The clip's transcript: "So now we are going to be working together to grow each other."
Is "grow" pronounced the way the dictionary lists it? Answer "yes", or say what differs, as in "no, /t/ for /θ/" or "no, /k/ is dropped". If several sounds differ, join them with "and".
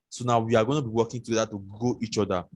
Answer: no, /ɹ/ is dropped